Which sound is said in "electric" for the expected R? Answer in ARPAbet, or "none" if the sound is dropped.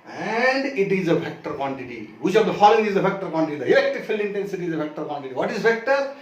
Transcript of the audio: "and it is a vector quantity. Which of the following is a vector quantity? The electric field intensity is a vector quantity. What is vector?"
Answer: none